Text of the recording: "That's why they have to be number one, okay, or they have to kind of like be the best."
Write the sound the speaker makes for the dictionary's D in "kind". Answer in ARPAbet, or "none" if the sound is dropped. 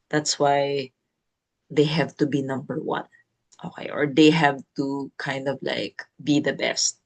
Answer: D